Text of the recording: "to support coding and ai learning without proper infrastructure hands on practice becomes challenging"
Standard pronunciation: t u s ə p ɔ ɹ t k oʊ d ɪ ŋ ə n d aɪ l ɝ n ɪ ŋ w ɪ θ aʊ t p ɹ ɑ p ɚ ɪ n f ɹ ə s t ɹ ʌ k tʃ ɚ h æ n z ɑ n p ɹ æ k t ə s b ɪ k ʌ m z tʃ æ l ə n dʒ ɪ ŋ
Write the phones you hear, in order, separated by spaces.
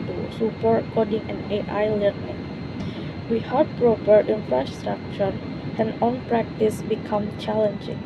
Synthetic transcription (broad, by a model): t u s ə p ɔ ɹ t k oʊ d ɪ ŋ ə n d aɪ l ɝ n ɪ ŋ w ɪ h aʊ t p ɹ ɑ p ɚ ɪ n f ɹ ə s t ɹ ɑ k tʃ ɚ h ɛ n ɑ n p ɹ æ k t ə s b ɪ k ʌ m tʃ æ l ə n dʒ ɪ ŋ